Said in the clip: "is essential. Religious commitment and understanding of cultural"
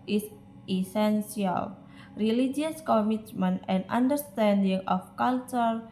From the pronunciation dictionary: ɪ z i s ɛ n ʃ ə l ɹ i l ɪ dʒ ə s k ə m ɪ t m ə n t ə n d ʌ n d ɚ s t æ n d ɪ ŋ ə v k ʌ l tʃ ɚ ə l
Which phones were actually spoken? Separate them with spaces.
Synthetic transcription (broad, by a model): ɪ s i s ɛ n s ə l ɹ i l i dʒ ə s k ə m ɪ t m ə n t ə n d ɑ n d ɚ s t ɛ n d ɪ ŋ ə f k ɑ l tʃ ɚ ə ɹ